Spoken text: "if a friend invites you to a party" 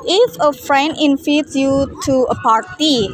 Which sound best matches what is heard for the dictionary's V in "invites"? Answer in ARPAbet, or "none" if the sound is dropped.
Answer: F